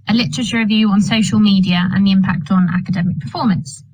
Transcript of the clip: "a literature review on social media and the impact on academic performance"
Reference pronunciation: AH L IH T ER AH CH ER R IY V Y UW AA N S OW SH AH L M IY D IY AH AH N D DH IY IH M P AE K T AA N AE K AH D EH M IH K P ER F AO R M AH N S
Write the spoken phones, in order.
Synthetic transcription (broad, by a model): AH L IH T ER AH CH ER R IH V Y UW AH N S OW SH AH L M IY D IY AH AH N DH IY IH M P AE K T N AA K AH D EH M IH K P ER F AO M AH N S